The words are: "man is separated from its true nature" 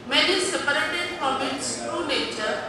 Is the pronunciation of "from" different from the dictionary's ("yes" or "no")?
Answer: yes